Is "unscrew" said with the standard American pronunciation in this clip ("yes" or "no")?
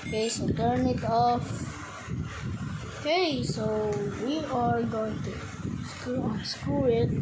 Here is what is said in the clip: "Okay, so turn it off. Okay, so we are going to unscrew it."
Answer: no